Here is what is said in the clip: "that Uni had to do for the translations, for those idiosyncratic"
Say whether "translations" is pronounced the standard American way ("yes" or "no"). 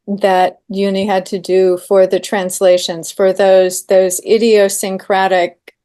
yes